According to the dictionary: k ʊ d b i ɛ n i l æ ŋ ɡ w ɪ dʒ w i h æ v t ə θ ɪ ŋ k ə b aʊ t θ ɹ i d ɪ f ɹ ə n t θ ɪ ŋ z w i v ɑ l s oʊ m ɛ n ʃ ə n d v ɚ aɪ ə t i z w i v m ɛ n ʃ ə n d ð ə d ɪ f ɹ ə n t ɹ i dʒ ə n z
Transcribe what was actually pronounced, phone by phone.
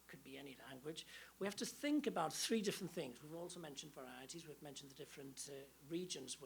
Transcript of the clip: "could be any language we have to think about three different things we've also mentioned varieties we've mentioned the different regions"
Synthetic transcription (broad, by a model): k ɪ d b i ɛ n i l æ ŋ ɡ w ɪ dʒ w i h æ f t ə θ ɪ ŋ k ə b aʊ t θ ɹ i d ɪ f ɹ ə n θ ɪ ŋ z w i v ɑ l s oʊ m ɛ n ʃ ə n d v ɚ aɪ ə t i z w i v m ɛ n ʃ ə n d ð ə d ɪ f ɹ ə n t ɹ i dʒ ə n z